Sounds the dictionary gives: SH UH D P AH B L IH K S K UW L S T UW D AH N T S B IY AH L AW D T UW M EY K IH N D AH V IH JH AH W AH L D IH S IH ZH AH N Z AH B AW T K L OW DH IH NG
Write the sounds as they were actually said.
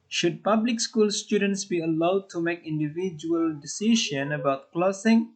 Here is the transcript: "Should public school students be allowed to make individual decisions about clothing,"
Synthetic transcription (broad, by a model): SH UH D P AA B L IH K S K UW L S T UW D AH N T S B IY AH L AW D T UW M EY K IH N D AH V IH JH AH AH L D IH S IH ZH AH N AH B AW T K L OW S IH NG